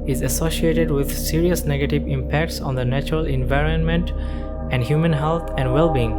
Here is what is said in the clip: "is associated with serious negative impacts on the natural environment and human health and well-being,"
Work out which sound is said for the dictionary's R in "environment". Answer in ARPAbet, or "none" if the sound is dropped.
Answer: R